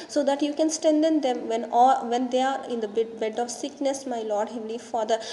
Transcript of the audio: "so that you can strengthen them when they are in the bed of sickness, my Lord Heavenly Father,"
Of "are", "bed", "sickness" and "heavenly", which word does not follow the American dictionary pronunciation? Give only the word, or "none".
heavenly